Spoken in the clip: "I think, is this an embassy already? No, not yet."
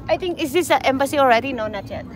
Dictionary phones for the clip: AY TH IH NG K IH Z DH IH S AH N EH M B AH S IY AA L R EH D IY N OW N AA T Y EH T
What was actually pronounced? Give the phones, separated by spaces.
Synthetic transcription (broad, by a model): AY T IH NG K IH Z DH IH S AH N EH M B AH S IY AA L R EH D IY N OW N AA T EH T